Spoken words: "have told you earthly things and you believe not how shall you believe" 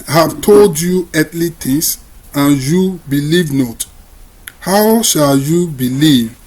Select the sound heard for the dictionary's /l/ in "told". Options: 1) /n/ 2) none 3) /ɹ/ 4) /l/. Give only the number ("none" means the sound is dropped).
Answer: 4